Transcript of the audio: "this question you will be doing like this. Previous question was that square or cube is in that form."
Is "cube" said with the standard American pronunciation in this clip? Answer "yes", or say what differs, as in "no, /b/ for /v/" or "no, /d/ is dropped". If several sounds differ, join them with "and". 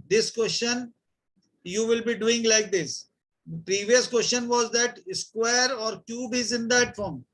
yes